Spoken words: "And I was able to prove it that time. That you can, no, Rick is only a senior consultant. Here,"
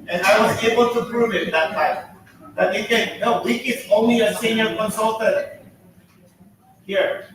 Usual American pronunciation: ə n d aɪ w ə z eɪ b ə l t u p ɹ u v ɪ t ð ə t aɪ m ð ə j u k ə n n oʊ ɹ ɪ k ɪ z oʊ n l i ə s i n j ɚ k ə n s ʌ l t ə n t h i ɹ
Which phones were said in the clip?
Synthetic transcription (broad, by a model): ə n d aɪ w ə z eɪ b ə l t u p ɹ u v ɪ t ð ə t aɪ m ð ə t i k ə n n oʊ w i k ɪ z oʊ n l i ə s i n j ɚ k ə n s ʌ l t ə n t h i ɹ